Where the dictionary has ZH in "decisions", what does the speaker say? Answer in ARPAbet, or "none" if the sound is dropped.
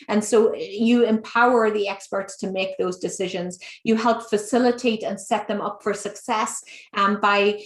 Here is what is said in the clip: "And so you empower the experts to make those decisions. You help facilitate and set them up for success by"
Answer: ZH